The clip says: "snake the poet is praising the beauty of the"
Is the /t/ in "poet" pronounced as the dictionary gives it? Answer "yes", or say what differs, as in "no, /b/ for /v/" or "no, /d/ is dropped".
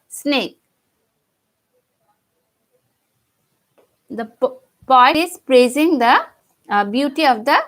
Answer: no, /t/ is dropped